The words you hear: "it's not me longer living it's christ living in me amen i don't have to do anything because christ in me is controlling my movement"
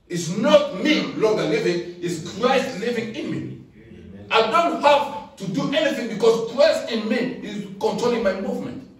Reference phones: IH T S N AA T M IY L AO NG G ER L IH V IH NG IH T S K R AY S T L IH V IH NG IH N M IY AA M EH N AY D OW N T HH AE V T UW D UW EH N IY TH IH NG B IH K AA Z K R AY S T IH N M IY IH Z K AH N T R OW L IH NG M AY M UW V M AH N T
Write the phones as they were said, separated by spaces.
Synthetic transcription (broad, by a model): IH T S N AA T M IY L AO NG G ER L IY V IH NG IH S K R AY S T L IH V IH NG IH N M IY AA IH D OW N T HH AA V T UW D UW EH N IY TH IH NG B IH K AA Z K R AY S T IH N M IY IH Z K AH N T R OW L IH NG M AY M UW V M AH N T